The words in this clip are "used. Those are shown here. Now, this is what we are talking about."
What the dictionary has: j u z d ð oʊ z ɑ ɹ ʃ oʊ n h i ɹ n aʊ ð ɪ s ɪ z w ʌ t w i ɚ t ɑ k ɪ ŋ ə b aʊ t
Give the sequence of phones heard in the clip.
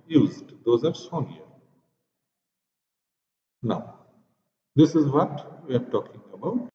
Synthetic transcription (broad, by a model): j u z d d oʊ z ɑ ɹ s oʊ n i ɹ n aʊ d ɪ s ɪ z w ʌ t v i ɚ t ɑ k ɪ ŋ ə b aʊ t